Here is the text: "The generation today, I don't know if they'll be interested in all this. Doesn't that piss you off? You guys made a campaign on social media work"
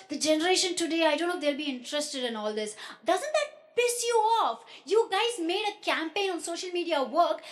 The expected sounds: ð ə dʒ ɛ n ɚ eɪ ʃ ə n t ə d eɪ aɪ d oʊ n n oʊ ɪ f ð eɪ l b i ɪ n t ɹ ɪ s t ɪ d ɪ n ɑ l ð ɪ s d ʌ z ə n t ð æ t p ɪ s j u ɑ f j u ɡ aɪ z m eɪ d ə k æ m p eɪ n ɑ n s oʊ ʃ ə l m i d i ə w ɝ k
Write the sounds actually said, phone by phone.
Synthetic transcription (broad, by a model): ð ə dʒ ɛ n ɚ eɪ ʃ ə n t ə d eɪ aɪ d oʊ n n oʊ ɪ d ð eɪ l b i ɪ n t ɹ ɪ s t ɪ d ɪ n ɑ l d ɪ s d ʌ z ə n t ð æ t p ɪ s j u ɑ f j u ɡ aɪ z m eɪ d ə k æ m p eɪ n ɑ n s oʊ ʃ ə l m i d i ə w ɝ k